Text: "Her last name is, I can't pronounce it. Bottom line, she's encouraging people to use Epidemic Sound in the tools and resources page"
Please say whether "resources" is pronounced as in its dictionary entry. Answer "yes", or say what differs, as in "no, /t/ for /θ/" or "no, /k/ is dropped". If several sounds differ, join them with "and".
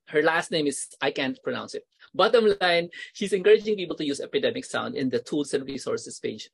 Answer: no, /s/ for /z/